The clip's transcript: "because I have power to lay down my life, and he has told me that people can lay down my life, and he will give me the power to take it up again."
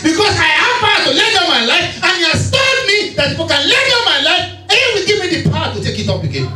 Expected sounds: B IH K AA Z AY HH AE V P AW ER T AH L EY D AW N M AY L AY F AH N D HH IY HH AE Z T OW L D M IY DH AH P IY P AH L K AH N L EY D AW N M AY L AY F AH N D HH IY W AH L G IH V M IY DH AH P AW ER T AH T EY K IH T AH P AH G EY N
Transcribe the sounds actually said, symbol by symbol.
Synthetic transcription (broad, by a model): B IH K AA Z AY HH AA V P AW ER T AH L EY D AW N M AY L AY F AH N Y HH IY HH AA S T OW D M IY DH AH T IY F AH K AH N L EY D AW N M AY L AY F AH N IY W AH L G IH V M IY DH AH P AW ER T AH T EY K IH T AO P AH G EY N